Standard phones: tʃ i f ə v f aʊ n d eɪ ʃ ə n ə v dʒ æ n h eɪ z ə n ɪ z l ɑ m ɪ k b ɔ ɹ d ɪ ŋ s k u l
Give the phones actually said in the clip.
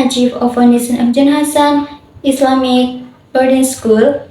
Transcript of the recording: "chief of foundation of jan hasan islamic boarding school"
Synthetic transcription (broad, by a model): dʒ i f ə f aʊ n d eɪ s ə n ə f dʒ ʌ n h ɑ s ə n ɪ s l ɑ m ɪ k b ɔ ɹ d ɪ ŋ s k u l